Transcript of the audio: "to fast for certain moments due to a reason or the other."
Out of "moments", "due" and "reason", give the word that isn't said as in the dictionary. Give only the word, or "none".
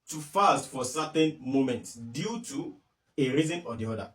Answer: none